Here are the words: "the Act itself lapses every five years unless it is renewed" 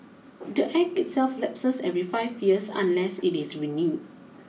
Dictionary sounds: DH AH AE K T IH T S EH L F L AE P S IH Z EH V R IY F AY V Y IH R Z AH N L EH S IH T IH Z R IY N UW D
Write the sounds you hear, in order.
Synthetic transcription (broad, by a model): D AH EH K IH T S EH L F L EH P S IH S EH V R IY F AY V Y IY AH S AH N L EH S IH T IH S R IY N UW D